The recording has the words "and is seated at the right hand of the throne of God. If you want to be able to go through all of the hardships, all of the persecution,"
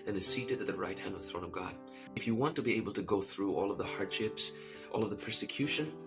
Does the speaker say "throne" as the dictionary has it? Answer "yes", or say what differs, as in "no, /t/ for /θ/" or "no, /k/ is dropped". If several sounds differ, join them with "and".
yes